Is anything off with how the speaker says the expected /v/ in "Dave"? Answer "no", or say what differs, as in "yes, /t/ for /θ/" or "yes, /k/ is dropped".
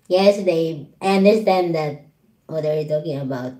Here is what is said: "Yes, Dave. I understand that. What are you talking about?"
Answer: yes, /v/ is dropped